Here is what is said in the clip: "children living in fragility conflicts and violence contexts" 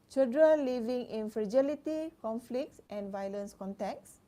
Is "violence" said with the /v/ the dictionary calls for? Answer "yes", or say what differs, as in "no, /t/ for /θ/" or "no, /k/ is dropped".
yes